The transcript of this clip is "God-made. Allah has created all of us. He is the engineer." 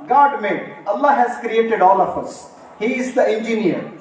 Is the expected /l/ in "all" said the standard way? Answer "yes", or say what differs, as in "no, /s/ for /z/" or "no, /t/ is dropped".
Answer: yes